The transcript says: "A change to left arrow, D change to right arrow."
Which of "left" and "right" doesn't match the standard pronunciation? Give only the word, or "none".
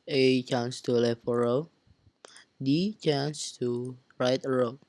left